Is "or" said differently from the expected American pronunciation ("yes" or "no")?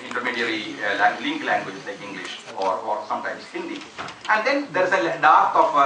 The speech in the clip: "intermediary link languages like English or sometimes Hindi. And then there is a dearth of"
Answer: no